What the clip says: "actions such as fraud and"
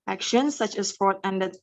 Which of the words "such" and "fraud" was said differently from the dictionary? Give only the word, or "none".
fraud